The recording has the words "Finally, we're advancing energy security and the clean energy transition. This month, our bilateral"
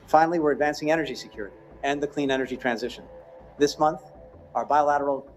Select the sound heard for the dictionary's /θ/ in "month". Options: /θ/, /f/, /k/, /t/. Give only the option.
/θ/